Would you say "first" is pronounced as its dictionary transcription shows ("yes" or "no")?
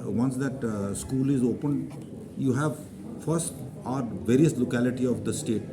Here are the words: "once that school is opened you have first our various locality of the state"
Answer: yes